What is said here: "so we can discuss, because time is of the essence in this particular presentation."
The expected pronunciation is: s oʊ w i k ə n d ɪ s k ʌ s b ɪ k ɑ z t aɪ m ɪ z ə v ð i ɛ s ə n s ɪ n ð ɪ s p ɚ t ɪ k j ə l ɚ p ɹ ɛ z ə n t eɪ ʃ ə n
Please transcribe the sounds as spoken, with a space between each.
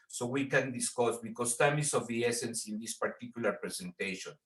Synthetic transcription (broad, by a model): s oʊ w i k ə n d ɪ s k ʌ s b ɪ k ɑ s t aɪ m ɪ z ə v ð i ɛ s ə n s ɪ n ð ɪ s p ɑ t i k j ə l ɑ p ɹ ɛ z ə n t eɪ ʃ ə n